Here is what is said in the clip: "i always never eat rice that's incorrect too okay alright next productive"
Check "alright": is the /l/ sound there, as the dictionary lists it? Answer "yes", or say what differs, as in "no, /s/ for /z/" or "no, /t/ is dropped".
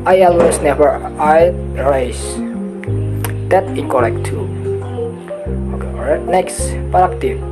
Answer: no, /l/ is dropped